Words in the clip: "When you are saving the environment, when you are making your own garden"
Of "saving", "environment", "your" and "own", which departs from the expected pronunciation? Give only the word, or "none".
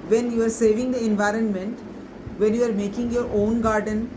none